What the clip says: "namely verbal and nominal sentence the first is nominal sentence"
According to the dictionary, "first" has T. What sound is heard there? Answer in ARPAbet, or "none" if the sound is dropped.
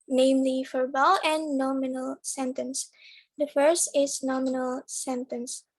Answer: T